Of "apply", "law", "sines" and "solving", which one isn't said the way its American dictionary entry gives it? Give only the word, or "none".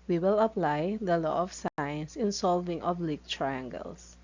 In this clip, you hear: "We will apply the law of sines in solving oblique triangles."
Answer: sines